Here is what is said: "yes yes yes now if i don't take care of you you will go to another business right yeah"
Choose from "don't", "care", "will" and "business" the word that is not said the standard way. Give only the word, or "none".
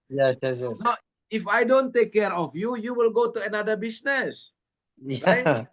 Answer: business